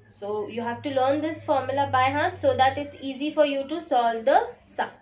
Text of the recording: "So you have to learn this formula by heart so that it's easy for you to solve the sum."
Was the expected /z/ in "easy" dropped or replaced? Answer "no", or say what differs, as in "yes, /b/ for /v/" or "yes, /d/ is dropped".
no